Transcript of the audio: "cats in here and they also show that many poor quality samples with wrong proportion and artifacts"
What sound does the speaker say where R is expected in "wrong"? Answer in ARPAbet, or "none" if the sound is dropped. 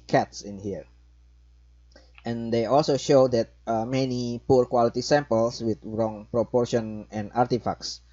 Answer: R